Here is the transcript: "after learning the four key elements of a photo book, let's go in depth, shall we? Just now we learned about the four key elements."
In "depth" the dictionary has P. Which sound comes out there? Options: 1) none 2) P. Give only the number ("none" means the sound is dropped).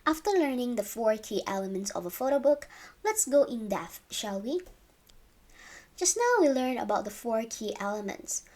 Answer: 1